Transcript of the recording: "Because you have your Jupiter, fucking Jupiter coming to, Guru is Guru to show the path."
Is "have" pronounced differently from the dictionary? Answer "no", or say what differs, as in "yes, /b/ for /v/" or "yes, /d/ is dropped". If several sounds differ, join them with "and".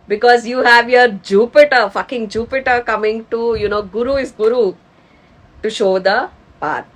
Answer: no